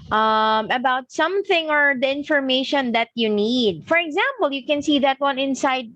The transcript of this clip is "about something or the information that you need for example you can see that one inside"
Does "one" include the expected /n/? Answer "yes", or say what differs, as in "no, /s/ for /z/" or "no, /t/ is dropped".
yes